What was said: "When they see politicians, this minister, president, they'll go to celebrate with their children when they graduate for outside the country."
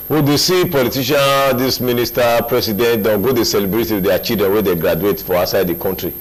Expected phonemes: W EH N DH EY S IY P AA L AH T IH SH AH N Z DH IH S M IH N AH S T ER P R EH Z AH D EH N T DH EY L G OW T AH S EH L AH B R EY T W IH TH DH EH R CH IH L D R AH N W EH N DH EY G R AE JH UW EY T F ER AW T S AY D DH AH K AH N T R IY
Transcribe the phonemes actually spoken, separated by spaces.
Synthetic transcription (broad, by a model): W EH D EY S IY P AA L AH T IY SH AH N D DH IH S M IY N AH S T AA P R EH S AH D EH N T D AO N G OW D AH S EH L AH B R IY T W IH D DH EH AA CH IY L D R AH N W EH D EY G R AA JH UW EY T F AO AW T S AY D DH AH K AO N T R IY